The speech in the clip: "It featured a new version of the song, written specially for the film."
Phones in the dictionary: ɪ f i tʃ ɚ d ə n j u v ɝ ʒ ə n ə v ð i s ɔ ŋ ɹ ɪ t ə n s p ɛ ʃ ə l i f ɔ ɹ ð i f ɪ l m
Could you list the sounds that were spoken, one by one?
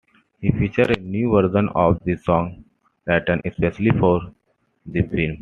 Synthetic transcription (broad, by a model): ɪ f i tʃ ɚ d ə n j u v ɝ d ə n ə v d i s ɔ ŋ l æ t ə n s p ɛ ʃ ə l i f ɔ ɹ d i f ɪ l m